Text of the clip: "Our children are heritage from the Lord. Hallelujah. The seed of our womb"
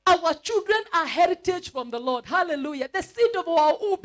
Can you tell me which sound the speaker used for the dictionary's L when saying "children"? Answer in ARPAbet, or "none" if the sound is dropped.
L